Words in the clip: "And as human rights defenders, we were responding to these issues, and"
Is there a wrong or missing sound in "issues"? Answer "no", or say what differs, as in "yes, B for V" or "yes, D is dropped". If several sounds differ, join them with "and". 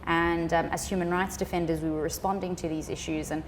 no